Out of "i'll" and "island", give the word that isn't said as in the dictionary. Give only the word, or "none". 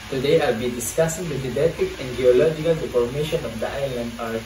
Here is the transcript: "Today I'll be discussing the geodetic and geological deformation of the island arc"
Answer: none